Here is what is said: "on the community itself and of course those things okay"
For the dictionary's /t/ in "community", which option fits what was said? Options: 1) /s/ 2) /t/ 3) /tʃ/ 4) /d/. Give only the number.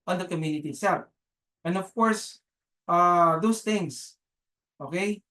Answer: 2